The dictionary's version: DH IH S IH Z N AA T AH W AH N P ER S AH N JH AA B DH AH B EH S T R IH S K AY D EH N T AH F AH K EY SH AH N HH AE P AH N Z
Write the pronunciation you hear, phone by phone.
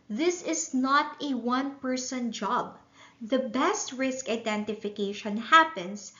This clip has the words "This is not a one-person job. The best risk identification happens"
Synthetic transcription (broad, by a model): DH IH S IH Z N AA T AH W AH N P ER S AH N JH AA B DH AH B EH S T R IH S K AY D EH N T AH F AH K EY SH AH N HH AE P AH N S